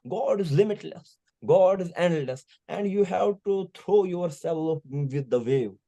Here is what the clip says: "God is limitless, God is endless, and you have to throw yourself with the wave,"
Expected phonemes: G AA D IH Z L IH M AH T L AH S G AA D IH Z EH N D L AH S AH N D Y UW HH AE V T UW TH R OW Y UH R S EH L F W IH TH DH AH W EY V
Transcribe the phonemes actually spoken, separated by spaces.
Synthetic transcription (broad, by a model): G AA D IH Z L IH M AH T L AH S G AA D IH Z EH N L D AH S AH N D Y UW HH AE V T UW T R OW Y UH R S EH L F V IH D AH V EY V